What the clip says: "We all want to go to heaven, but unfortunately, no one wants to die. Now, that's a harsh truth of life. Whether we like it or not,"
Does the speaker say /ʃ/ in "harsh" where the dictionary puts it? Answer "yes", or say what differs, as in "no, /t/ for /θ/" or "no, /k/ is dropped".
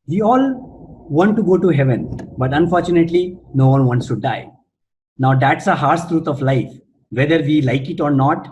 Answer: no, /s/ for /ʃ/